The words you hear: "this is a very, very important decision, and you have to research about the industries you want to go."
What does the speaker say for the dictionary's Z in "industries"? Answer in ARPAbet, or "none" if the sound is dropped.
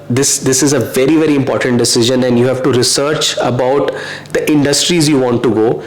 Z